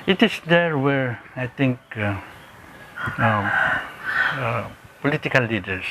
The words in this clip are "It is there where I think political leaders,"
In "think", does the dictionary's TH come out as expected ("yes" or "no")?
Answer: no